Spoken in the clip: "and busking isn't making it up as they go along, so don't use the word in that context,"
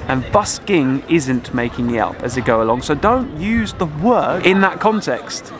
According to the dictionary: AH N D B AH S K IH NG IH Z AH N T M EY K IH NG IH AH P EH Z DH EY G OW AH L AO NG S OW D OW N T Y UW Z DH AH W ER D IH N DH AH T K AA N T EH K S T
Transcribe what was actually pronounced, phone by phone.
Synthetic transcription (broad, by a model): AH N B AH S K IH NG IH Z AH N T M EY K IH NG IH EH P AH Z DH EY G OW AH L AO NG S OW D OW N T Y UW Z DH AH W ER IH N DH AH T K AA N T EH K S T